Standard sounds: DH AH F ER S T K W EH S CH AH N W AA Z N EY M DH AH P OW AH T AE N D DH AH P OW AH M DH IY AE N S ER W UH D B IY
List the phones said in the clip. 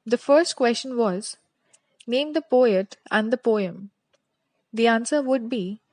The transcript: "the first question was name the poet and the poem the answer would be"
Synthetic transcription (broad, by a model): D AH F ER S T K W EH S CH AH N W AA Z N EY M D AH P OW AH T AE N D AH P OW AH M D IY AE N S ER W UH D B IY